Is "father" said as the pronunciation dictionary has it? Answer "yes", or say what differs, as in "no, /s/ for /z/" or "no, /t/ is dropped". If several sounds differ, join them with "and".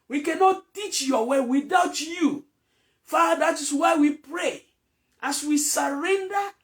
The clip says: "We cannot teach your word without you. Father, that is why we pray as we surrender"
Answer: no, /ð/ is dropped